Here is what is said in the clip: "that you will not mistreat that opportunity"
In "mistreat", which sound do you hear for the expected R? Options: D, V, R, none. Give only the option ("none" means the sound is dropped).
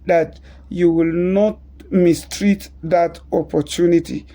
R